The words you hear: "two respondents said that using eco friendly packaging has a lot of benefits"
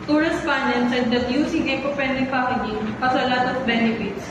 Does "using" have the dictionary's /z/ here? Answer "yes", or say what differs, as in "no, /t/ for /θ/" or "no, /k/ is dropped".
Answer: no, /s/ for /z/